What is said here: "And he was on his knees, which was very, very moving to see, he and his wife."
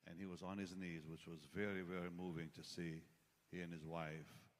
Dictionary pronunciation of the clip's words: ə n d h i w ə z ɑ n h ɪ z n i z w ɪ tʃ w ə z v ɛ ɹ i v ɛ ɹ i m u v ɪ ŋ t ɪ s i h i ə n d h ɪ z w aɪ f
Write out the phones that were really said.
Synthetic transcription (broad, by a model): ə n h i w ə z n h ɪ z n i z w ɪ tʃ w ə z v ɛ ɹ i v ɛ ɹ i m u v ɪ ŋ t ɪ s i h i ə n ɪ z w aɪ f